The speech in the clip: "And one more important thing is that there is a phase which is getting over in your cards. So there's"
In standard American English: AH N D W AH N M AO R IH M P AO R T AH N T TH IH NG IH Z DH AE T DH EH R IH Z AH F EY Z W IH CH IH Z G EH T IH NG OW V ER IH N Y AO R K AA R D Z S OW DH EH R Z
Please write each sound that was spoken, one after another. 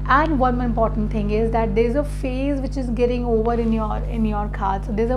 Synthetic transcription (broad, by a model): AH N D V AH N IH M P AO R T AH N T T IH NG IH Z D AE T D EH R IH Z AH F EY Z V IH CH IH Z G EH T IH NG OW V ER IH N Y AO R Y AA R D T S OW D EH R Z